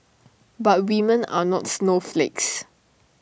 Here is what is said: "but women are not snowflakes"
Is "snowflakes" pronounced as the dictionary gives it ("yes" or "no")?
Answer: yes